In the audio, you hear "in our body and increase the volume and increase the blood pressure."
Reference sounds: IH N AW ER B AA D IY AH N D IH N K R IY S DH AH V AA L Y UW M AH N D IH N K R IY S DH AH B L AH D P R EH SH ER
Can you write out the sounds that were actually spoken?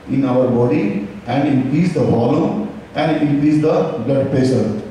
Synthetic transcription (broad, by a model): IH N AW ER B AA D IY AH N D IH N K R IY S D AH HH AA L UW AH N D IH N K R IY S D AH B L AH D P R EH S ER